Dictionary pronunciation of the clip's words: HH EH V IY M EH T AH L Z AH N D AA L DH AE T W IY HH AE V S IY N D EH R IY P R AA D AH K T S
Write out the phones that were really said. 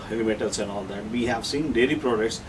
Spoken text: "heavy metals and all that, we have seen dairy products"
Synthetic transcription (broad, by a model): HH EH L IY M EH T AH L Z AH N D AA L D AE T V IY HH AE V S IY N D EH L IY P R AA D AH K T S